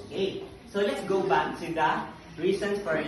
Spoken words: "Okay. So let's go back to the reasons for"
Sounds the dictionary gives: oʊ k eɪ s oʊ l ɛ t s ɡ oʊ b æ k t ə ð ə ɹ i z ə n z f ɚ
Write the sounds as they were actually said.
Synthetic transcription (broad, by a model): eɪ s oʊ l ɛ t s ɡ oʊ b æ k s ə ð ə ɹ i s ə n s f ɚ